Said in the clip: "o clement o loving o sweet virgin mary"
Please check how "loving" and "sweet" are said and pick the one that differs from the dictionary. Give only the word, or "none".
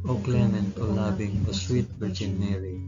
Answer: loving